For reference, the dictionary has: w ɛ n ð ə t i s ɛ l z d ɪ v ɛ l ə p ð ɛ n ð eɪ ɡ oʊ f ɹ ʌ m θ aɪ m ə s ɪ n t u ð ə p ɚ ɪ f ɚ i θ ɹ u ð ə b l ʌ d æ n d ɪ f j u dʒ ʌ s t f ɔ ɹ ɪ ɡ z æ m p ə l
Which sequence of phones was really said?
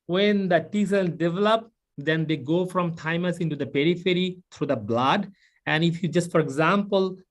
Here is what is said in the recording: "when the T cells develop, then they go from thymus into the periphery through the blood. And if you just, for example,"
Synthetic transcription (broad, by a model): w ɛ n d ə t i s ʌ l d ɪ v ɛ l ə p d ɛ n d eɪ ɡ oʊ f ɹ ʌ m t aɪ m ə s ɪ n t u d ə p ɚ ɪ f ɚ i t ɹ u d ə b l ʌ d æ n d ɪ f j u dʒ ʌ s t f ɔ ɹ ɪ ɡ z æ m p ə l